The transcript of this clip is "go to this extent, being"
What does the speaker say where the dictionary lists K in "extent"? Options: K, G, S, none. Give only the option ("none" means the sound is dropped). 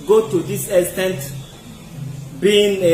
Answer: none